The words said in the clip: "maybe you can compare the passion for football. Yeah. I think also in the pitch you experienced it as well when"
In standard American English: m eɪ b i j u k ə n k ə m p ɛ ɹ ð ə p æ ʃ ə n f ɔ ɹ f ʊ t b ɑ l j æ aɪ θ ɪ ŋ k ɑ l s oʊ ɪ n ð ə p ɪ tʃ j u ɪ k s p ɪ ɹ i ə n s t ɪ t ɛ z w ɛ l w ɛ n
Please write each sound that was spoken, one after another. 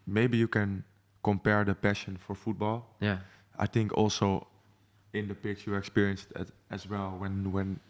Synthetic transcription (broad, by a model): m eɪ b i j u k ə n k ə m p ɛ ɹ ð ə p æ ʃ ə n f ɔ ɹ f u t b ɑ l j aɪ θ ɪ ŋ k ɑ l s oʊ ɪ n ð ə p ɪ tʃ j u ɪ k s p ɪ ɹ i ə n s t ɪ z ɛ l w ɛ n w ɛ n